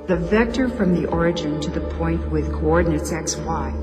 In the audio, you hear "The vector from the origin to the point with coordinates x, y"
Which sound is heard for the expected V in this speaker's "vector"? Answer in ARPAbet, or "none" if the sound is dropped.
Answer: V